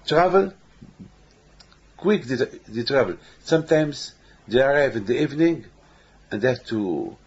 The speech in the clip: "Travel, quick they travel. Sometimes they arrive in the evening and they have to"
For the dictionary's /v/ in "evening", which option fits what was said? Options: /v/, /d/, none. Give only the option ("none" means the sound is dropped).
/v/